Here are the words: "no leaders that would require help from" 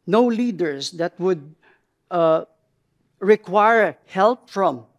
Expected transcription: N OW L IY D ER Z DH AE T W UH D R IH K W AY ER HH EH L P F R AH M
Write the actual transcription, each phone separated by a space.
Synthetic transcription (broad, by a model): N OW L IY D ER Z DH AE T W UH D R IH K W AY ER HH EH L P F R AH M